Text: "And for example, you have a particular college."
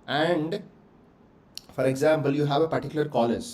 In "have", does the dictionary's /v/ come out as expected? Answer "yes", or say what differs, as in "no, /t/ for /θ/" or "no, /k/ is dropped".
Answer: yes